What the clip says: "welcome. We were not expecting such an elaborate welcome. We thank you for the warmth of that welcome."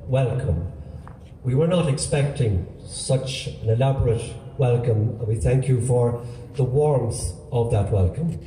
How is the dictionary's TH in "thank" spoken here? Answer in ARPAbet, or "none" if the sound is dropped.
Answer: TH